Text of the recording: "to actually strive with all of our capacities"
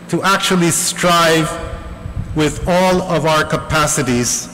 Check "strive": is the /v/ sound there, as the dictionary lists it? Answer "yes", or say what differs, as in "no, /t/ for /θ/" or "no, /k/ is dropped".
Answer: yes